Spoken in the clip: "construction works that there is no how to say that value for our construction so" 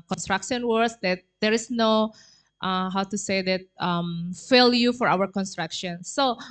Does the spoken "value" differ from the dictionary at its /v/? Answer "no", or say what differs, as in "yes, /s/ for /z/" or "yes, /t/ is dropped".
yes, /f/ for /v/